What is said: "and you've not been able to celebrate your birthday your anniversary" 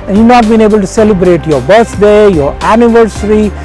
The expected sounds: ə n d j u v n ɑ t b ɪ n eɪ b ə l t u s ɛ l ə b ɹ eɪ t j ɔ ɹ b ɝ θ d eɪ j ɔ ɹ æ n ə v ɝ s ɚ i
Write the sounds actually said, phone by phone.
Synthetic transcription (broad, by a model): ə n j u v n ɑ t b ɪ n eɪ b ə l t u s ɛ l ə b ɹ eɪ t j ɔ ɹ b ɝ s d eɪ j ɔ ɹ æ n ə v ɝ s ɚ i